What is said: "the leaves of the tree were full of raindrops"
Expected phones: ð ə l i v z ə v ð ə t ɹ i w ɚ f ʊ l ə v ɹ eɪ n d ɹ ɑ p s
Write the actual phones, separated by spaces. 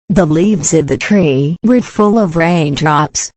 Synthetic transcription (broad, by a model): ð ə l i v z ə v ð ə t ɹ i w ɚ f ʊ l ə v ɹ eɪ n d ɹ ɑ p s